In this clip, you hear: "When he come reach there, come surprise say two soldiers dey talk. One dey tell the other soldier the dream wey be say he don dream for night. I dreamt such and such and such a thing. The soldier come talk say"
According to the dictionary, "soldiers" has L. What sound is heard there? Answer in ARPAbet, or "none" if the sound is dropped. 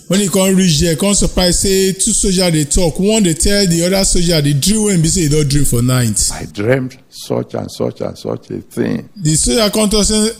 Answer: none